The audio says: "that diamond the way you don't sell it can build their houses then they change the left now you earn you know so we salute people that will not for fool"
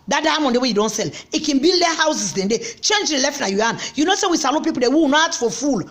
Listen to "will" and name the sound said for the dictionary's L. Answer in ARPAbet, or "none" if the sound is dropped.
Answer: W